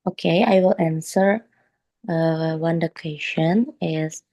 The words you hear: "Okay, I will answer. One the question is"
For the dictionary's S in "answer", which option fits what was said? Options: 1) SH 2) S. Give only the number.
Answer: 2